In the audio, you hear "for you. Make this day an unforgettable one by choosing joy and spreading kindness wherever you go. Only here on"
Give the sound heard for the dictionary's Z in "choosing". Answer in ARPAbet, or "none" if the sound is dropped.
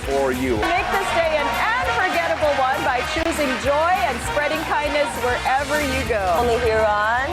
Z